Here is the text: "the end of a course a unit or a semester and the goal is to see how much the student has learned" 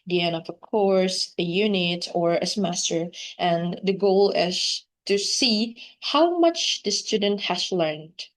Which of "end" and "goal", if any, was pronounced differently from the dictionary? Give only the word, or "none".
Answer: end